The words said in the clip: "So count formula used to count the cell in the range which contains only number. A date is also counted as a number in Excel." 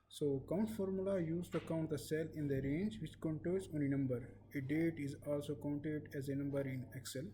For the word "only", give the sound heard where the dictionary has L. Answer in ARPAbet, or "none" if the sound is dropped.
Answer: none